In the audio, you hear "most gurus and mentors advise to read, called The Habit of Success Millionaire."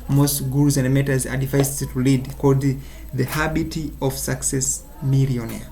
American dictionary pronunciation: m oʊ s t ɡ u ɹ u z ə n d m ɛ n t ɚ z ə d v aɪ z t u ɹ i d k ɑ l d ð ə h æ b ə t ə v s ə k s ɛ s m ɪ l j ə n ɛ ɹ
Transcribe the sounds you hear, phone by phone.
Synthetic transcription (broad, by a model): m oʊ s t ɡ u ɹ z ə n d m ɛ t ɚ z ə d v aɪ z t u l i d k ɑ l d ð ə h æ b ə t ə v s ə k s ɛ s m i l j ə n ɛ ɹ